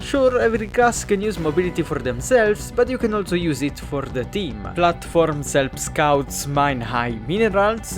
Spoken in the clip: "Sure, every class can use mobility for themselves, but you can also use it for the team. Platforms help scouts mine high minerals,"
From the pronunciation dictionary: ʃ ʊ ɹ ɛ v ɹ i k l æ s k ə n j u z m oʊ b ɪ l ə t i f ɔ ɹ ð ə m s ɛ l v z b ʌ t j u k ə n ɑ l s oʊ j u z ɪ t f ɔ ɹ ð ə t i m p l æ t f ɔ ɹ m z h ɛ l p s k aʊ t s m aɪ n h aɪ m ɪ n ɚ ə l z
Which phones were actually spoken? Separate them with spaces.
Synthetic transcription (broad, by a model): ʃ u ɹ ɛ v ɹ i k ɑ s k ə n j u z m oʊ b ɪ l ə t i f ɔ ɹ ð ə m s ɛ l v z b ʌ t j u k ə n ɑ l s oʊ j u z ɪ t f ɔ ɹ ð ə t i m p l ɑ t f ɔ ɹ m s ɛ l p s k aʊ t s m aɪ n h aɪ m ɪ n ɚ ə l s